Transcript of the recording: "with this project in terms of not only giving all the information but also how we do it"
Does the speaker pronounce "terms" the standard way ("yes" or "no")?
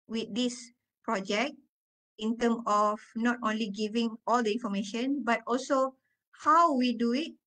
no